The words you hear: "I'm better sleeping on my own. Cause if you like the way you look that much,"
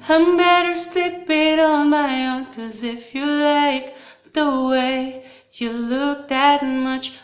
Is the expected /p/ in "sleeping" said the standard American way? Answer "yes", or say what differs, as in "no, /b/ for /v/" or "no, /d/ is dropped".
no, /b/ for /p/